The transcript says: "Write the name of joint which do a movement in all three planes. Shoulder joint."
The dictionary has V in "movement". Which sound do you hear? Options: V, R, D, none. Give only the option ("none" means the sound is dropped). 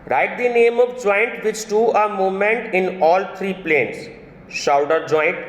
none